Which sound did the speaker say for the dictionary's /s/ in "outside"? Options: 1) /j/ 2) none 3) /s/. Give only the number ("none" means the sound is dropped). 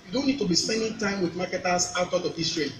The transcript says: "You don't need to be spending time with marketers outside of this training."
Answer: 2